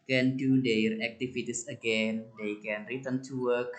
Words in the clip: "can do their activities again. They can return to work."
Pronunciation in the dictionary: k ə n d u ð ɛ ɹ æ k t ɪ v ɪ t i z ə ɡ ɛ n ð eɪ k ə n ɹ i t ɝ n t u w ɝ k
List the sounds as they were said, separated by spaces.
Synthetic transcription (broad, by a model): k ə n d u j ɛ ɹ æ k t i f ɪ t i s ə ɡ ɛ n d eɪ k ə n ɹ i t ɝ n t u w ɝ k